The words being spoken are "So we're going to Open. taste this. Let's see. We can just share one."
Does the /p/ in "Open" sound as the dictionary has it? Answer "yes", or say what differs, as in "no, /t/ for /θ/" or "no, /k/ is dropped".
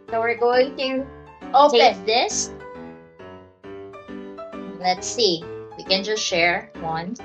no, /p/ is dropped